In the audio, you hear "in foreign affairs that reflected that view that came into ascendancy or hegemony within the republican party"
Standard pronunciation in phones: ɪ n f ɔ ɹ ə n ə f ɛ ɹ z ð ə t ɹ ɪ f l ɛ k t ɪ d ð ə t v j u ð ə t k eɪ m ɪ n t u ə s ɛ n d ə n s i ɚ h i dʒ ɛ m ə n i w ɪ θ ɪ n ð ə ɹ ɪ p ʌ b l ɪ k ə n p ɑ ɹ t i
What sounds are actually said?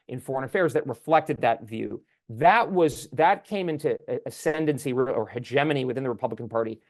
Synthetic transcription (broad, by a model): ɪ n f ɔ ɹ ə n ə f ɛ ɹ z ð ə t ɹ ɪ f l ɛ k t ɪ d ð ə t v j u ð ə t k eɪ m ɪ n t u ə s ɛ n d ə n s i ɚ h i dʒ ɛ m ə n i w ɪ θ ɪ n ð ə ɹ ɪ p ʌ b l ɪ k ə n p ɑ ɹ t i